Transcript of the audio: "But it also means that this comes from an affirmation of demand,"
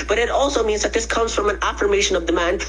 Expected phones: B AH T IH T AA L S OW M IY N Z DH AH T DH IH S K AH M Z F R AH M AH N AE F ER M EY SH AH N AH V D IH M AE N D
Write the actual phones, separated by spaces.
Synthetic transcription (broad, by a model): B AH T IH T AA L S OW M IY N Z DH AH T DH IH S K AH M Z F R AH M AH N AE F ER M EY SH AH N AH V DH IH M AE N